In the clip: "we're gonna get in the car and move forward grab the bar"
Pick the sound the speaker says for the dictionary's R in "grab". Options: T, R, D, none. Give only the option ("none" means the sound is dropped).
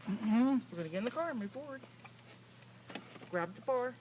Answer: R